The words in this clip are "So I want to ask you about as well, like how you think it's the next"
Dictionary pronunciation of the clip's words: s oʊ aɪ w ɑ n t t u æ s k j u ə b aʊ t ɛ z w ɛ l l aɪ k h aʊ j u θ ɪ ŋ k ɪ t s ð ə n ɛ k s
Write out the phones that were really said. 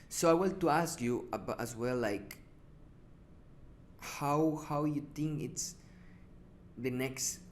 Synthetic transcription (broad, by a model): s oʊ aɪ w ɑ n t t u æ s k j u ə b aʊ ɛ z w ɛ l l aɪ k h aʊ j u t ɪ ŋ k ɪ t s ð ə n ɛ k s